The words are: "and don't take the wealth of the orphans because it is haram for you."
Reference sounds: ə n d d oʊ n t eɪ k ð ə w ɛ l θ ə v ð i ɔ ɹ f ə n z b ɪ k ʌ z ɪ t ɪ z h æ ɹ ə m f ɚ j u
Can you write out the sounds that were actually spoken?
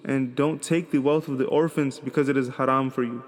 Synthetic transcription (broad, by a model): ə n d d oʊ n t eɪ k ð ə w ɛ l θ ə v ð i ɔ ɹ f ə n z b ɪ k ʌ z ɪ t ɪ z h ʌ ɹ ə m f ɚ j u